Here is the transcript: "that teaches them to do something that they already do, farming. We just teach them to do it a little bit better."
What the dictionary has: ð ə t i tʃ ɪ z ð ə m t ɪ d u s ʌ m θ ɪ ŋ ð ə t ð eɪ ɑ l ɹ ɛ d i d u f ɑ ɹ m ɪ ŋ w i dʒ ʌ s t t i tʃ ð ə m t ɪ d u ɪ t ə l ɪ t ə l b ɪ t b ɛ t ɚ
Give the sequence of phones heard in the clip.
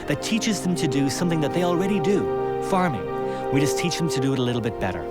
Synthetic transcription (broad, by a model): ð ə t i tʃ ɪ z ð ə m t ɪ d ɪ s ʌ m θ ɪ ŋ ð ə t ð eɪ ɑ l ɹ ɛ d i d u f ɑ ɹ m ɪ ŋ w i dʒ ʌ s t t i tʃ ð ə m t ɪ d ɪ t ə l ɪ t l b ɪ t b ɛ t ɚ